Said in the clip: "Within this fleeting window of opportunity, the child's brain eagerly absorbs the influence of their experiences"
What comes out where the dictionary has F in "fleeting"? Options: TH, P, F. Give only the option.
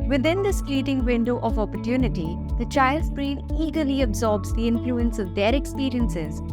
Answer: P